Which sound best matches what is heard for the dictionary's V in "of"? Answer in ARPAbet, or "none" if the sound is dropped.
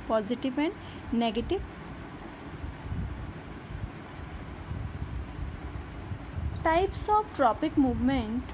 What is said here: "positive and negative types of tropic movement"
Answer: B